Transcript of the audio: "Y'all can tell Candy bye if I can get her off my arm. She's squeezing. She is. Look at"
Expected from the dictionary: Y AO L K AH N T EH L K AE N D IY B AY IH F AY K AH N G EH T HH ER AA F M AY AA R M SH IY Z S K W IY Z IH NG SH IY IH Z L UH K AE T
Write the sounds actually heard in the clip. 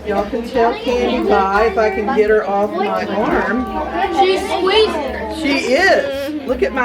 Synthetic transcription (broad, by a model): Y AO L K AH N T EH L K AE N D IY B AY IH F AY K AH N G EH T HH ER AA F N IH AA R M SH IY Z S W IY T SH IY IH Z L UH K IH T